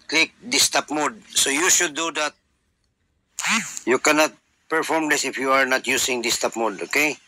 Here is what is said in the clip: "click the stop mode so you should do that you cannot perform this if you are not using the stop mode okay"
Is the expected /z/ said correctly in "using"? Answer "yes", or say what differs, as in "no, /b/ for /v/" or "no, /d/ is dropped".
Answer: no, /s/ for /z/